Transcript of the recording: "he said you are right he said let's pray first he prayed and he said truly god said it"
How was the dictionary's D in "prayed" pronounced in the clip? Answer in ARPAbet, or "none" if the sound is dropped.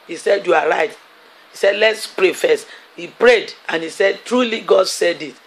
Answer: D